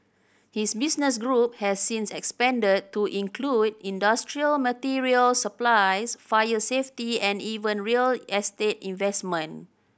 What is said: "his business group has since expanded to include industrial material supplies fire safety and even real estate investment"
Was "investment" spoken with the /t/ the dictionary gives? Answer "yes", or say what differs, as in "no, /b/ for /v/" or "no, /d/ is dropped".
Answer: no, /t/ is dropped